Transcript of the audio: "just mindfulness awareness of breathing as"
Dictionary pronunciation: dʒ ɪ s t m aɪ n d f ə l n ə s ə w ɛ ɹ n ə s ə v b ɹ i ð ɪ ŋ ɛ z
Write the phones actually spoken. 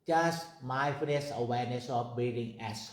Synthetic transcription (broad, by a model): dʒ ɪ s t m aɪ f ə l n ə s ə w ɛ ɹ n ə s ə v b i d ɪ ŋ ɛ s